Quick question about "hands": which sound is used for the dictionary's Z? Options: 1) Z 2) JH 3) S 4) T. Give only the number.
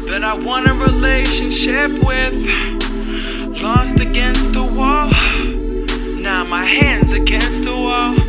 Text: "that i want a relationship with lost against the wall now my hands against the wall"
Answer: 1